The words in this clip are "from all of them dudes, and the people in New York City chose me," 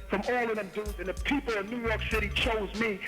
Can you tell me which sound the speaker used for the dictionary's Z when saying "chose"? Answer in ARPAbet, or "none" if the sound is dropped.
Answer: Z